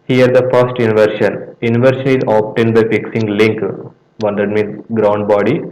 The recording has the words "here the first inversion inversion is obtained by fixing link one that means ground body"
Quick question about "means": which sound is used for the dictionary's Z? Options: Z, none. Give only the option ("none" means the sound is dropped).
none